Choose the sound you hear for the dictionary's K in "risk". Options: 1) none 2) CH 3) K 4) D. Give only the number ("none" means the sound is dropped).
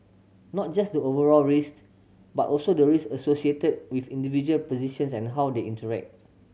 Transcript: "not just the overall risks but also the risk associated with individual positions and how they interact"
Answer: 1